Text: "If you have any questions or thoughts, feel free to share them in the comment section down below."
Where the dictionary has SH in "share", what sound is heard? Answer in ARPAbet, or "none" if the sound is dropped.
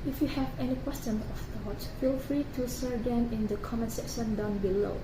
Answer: S